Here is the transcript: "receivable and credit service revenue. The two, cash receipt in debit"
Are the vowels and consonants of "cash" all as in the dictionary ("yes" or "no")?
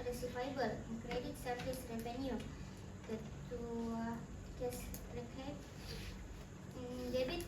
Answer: no